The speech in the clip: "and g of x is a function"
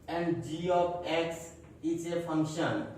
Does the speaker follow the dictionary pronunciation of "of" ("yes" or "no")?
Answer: no